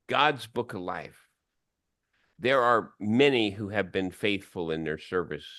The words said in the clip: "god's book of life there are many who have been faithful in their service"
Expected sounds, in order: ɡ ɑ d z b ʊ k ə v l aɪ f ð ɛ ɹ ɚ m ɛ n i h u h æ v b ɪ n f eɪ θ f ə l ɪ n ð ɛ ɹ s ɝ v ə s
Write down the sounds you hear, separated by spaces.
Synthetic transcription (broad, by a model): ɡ ɑ d z b ʊ k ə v l aɪ f ð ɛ ɹ ɚ m ɛ n i h u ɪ v b ɪ n f eɪ θ f ə l ɪ n ð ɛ ɹ s ɝ v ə s